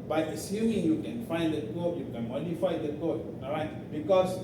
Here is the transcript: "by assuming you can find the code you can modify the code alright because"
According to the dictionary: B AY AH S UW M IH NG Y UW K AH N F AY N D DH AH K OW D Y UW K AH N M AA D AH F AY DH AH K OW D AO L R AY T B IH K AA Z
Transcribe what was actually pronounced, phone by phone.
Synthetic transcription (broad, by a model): B AY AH S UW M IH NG Y UW K AH N F AY N D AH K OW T Y UW K AH N M AA D AH F AY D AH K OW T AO R AY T B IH K AA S